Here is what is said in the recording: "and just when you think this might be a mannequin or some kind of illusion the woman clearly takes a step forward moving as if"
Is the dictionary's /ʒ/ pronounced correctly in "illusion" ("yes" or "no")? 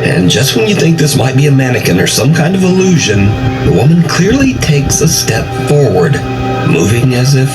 yes